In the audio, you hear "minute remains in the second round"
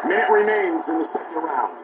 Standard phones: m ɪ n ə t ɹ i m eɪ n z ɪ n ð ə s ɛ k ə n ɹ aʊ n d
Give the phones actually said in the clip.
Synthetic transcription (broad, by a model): m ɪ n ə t ɹ i m eɪ n z ɪ n ð ə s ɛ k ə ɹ aʊ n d